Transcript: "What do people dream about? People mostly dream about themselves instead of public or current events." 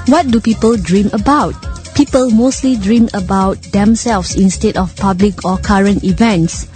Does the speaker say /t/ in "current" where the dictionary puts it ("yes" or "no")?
yes